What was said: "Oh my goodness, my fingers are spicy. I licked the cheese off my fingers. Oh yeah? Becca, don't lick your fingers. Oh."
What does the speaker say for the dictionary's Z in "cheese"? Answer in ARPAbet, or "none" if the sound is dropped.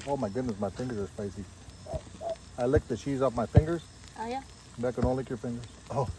Z